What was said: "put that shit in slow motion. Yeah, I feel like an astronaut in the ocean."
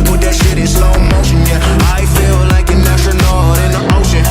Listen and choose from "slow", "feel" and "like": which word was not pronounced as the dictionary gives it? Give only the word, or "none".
slow